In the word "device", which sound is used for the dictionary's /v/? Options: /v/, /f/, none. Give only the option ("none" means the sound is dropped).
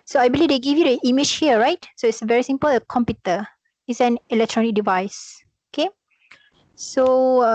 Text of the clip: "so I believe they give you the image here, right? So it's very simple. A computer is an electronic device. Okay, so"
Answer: /v/